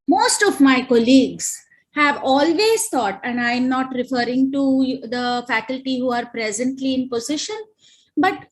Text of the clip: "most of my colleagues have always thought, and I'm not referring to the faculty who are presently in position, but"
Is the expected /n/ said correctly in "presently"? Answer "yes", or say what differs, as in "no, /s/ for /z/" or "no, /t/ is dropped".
yes